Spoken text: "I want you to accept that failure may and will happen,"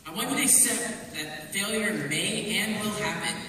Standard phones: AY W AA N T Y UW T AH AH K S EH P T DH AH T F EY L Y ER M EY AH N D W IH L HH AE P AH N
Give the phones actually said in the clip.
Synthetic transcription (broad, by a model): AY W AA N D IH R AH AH S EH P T DH AH T F EY L Y ER M EY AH N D W IH L HH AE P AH N